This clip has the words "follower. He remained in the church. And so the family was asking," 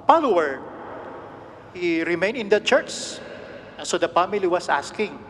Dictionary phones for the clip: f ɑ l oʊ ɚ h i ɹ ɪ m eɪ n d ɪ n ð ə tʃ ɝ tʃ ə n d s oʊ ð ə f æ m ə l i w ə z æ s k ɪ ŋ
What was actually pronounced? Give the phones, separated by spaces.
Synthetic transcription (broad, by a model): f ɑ l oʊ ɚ h i ɹ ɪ m eɪ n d ɪ n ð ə tʃ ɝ s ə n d s oʊ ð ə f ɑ m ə l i w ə s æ s k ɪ ŋ